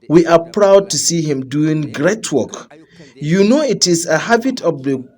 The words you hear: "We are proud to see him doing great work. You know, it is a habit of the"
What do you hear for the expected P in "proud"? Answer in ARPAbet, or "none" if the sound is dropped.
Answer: P